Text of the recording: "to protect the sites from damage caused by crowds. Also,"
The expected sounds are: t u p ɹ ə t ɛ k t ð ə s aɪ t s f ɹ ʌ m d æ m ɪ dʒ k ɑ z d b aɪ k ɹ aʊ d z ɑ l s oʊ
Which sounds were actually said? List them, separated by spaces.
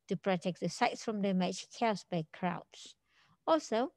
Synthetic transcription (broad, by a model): t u p ɹ ə t ɛ k t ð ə s aɪ t s f ɹ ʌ m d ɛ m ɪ tʃ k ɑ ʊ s b aɪ k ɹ aʊ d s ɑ l s oʊ